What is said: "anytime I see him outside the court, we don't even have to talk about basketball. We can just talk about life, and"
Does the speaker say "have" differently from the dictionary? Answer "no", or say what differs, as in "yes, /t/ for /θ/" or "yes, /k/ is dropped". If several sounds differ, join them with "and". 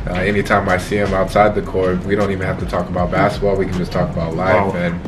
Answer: yes, /f/ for /v/